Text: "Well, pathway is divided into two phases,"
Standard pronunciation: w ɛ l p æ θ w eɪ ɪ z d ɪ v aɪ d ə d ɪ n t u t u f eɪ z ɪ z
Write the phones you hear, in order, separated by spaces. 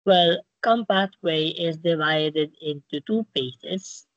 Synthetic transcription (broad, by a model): w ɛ l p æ t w eɪ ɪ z d ɪ v aɪ d ə d ɪ n t u t u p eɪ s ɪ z